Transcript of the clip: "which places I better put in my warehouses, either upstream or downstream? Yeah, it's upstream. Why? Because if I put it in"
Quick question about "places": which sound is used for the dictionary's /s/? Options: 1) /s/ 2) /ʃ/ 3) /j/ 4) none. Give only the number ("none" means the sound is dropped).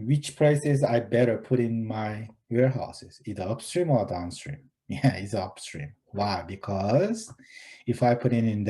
1